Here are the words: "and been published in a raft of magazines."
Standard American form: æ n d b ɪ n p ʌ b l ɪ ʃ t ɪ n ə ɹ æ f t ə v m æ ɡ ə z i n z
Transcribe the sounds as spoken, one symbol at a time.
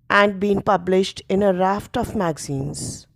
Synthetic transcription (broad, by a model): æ n d b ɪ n p ʌ b l ɪ ʃ t ɪ n ə ɹ æ f t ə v m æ ɡ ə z i n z